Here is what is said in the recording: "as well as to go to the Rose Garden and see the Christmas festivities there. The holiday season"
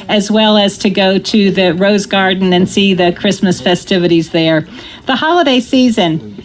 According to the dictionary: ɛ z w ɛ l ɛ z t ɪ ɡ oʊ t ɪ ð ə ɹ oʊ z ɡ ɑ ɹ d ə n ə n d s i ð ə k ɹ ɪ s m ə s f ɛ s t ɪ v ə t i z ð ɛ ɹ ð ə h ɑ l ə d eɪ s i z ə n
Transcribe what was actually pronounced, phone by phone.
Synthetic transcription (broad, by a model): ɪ z w ɛ l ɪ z t ɪ ɡ oʊ t ɪ ð ə ɹ oʊ z ɡ ɑ ɹ d n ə n s i ð ə k ɹ ɪ s m ə s f ɛ s t ɪ v ə t i z ð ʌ ɹ ð ə h ɑ l ə d eɪ s i z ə n